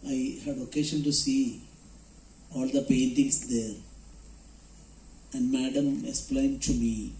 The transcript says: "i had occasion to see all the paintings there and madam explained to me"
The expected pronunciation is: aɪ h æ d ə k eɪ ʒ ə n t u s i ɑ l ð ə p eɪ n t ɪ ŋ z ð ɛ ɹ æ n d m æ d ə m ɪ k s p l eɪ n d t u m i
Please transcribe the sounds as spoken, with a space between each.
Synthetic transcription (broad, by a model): aɪ h æ d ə k eɪ ʃ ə n t u s i ɑ l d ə p eɪ n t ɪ ŋ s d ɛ ɹ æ n d m æ d ə m ɪ k s p l eɪ n d t u m i